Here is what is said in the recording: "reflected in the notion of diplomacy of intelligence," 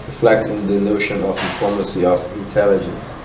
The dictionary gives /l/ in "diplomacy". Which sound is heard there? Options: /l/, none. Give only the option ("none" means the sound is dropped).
none